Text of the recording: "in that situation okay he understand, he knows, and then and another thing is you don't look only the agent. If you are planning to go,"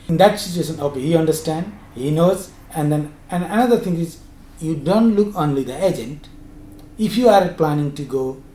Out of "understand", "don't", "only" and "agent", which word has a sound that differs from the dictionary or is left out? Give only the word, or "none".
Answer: none